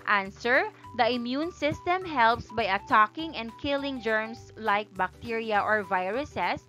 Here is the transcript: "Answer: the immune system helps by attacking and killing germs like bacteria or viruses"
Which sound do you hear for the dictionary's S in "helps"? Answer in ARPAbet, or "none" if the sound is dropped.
S